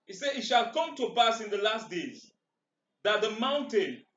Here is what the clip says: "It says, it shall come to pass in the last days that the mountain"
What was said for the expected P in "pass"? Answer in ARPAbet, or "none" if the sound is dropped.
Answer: B